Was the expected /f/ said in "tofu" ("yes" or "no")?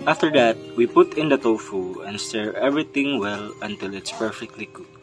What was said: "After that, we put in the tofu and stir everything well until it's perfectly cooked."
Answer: yes